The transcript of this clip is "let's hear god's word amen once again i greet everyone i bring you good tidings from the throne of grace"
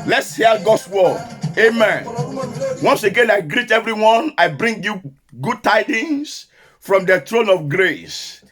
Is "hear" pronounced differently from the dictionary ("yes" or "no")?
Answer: yes